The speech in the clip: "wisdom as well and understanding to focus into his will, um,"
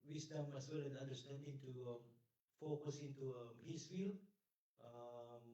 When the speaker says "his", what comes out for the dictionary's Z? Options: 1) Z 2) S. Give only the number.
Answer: 2